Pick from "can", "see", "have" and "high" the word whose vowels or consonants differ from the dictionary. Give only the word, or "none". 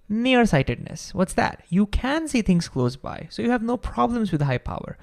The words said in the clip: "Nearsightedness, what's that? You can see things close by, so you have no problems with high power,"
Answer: none